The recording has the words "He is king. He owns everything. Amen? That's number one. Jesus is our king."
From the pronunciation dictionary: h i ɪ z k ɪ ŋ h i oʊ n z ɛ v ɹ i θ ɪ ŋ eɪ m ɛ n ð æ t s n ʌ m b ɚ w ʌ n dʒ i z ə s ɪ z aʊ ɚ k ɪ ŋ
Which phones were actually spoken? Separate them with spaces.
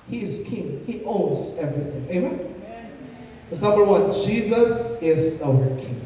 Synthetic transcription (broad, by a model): h i ɪ z k ɪ ŋ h i oʊ n z ɛ v ɹ i θ ɪ ŋ eɪ m ɛ n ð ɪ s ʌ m ɚ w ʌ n dʒ i z ə s ɪ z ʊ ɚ k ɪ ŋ